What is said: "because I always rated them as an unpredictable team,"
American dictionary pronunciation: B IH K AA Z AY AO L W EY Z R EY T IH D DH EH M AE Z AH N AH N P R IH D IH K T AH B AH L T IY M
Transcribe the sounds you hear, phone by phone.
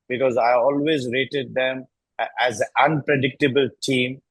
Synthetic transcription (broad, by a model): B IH K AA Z AY AO L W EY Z R EY T IH D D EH M AE Z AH AH N P R IH D IH K T AH B AH L T IY M